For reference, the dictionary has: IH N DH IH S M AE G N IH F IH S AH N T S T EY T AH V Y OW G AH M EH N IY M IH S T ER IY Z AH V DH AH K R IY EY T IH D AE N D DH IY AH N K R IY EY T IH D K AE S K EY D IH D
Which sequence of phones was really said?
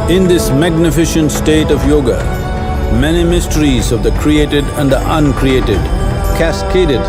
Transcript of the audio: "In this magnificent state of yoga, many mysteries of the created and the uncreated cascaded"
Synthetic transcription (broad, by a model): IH N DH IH S M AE G N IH F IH SH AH N T S T EY T AH V Y OW G AH M EH N IY M IH S T ER IY Z AH V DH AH K R IY EY T IH D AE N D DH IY AH N K R IY EY T IH D K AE S K EY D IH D